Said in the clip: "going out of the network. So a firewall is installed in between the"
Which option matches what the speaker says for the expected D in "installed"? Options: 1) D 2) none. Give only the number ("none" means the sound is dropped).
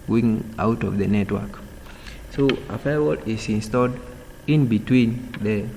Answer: 1